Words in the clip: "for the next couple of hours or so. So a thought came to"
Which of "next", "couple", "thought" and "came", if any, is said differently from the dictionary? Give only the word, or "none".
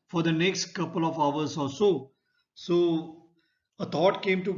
thought